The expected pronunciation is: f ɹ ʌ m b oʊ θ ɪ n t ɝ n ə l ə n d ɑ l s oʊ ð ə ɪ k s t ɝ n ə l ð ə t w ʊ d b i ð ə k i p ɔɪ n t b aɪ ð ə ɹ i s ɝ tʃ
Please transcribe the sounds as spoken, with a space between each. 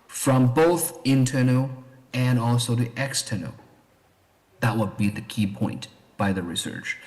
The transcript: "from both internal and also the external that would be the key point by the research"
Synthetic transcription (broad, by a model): f ɹ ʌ m b oʊ θ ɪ n t ɝ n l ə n ɑ l s oʊ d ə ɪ k s t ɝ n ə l ð ə t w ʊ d b i ð ə k i p ɔɪ n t b aɪ ð ə ɹ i s ɝ tʃ